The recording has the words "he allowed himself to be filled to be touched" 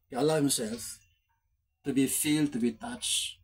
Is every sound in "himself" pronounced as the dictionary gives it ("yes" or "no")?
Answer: no